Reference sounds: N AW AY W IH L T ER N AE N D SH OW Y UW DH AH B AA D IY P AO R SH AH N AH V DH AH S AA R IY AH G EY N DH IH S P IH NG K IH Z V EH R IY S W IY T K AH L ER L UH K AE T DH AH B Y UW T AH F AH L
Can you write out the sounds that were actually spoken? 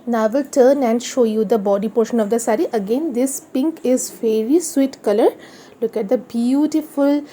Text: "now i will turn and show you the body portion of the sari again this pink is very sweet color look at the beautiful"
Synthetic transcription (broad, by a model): N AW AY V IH L T ER N AE N D SH OW Y UW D AH B AA D IY P AO R SH AH N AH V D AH S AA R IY AH G EY N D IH S P IH NG K IH Z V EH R IY S W IY T K AH L ER L UH K AE T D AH B Y UW T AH F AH L